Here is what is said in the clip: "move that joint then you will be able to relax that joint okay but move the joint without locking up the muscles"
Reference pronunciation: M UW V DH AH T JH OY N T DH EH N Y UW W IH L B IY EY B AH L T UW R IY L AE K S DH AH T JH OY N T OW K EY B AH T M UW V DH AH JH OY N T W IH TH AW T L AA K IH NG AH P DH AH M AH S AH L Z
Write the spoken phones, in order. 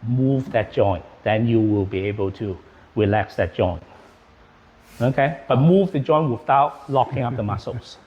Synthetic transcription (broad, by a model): M UW V DH AH T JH OY N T DH EH N Y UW W IH L B IY EY B AH L T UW R IY L AE K S DH AH T JH OY N T OW K EY B AH T M UW V DH AH JH OY N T W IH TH AW T L AA K IH NG AH P DH AH M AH S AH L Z